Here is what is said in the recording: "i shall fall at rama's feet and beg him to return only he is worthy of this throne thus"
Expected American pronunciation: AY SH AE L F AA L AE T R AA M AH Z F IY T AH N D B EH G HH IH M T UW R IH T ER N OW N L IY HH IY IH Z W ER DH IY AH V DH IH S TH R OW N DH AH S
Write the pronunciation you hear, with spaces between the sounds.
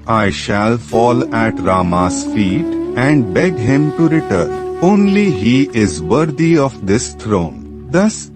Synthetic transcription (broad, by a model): AY SH AE L F AA L AE T R AA M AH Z F IY T AH N D B EH G HH IH M T UW R IH T ER N OW N L IY HH IY IH Z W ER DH IY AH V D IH S T R OW N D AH S